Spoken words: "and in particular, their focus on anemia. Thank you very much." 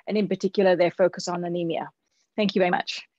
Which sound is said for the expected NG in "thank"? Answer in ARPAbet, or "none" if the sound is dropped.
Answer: NG